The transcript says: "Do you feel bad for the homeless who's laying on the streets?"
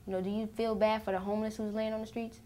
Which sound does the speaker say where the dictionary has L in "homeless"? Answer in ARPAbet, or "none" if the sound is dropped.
L